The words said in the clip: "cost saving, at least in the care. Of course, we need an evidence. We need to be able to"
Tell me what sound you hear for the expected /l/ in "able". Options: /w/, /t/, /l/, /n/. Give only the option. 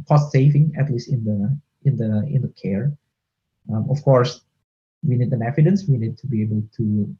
/l/